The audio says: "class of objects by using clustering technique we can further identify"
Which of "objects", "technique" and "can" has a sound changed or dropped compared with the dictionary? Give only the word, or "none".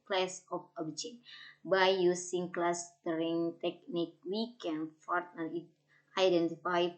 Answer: objects